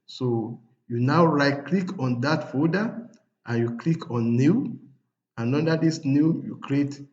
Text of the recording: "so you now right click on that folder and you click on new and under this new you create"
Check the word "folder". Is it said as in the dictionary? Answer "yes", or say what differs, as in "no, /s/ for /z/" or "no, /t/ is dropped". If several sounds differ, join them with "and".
no, /l/ is dropped